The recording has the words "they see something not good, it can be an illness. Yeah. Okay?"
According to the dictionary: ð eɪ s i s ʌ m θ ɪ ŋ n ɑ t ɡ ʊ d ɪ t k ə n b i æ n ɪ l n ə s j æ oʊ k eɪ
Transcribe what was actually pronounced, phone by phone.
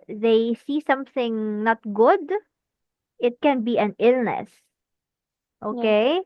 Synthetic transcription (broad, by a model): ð eɪ s i s ʌ m θ ɪ ŋ n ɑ t ɡ ʊ d ɪ t k ə n b i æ n ɪ l n ə s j oʊ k eɪ